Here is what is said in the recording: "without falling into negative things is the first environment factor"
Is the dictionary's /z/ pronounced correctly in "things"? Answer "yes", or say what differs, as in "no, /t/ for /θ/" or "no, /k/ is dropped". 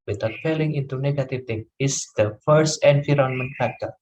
no, /z/ is dropped